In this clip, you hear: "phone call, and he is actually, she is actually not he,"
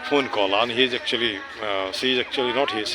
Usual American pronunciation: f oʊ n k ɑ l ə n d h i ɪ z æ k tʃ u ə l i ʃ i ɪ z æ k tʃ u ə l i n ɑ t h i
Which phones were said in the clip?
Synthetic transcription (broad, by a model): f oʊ n k ɑ l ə n h i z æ k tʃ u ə l i s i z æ k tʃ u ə l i n ɑ t h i